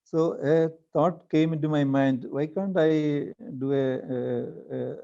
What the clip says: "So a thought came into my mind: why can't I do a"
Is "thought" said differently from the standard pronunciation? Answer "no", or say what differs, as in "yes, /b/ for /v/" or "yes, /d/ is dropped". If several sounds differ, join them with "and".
yes, /t/ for /θ/